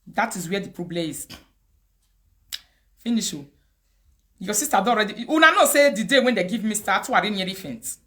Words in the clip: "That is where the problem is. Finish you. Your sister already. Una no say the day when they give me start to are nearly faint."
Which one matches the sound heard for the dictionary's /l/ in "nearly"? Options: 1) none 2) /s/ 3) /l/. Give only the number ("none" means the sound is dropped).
1